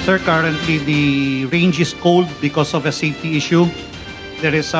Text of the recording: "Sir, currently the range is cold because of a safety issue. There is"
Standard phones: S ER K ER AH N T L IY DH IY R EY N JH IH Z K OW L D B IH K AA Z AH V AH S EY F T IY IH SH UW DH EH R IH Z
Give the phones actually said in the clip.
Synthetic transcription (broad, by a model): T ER K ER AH N T L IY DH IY R EY N JH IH S K OW L D B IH K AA S AH V AH S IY T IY IH SH UW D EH R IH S